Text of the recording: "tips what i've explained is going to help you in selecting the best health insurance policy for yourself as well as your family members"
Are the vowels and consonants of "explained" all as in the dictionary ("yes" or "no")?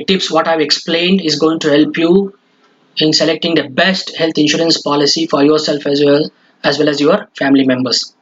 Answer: yes